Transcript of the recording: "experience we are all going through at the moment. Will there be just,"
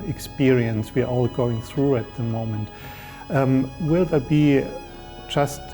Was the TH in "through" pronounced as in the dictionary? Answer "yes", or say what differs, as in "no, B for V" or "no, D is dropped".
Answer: yes